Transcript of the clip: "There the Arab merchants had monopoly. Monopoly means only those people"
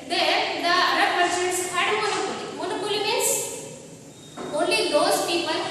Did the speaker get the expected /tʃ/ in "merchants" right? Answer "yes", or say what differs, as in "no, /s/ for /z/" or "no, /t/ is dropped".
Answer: no, /s/ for /tʃ/